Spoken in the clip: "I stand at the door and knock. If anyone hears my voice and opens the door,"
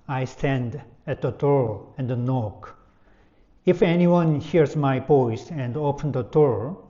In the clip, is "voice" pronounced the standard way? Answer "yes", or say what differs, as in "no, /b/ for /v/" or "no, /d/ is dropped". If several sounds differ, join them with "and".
no, /p/ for /v/